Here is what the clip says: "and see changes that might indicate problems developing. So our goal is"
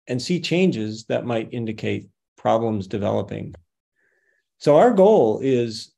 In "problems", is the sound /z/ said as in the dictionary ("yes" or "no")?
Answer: yes